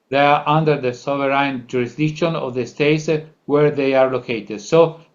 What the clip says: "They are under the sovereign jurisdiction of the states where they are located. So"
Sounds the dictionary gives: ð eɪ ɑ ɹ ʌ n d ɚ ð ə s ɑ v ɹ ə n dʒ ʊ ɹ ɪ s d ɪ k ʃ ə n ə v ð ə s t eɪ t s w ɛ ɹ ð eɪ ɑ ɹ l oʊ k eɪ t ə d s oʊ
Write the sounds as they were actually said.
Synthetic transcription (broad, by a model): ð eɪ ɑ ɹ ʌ n d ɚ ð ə s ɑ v ɹ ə n dʒ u ɹ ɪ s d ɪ k ʃ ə n ə v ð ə s t eɪ t s w ɛ ɹ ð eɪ ɑ ɹ l oʊ k eɪ t ə d s oʊ